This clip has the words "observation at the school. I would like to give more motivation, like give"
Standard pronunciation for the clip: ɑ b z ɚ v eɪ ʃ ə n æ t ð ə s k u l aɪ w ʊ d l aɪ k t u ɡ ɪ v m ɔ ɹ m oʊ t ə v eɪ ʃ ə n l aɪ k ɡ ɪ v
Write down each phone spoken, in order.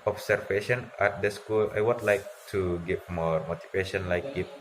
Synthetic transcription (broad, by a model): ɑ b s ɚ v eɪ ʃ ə n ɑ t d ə s k u l aɪ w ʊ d l aɪ k t u ɡ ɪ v m ɔ ɹ m oʊ t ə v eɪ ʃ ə n l aɪ k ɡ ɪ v